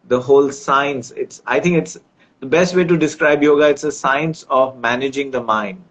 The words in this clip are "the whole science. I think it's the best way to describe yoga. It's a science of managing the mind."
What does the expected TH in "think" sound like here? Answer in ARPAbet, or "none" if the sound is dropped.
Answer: T